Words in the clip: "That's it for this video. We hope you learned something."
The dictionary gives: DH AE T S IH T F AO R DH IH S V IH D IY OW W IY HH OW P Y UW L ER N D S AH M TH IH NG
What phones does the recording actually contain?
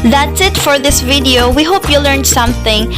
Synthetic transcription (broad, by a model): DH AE T S IH T F AO R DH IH S V IH D IY OW W IY HH OW P Y UW L ER N D S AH M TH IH NG